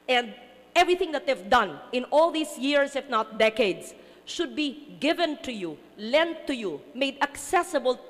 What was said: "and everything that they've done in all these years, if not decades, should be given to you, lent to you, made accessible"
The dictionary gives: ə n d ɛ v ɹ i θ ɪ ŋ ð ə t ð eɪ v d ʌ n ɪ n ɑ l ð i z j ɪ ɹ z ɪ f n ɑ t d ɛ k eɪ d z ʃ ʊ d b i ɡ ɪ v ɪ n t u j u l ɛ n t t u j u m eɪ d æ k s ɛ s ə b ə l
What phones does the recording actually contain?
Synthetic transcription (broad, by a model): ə n d ɛ v ɹ i θ ɪ ŋ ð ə t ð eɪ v d ʌ n ɪ n ɑ l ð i s j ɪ ɹ s ɪ f n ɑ t d ɛ k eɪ d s ʃ ʊ d b i ɡ ɪ v ɪ n t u j u l ɛ n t t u j u m eɪ d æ k s ɛ s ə b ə l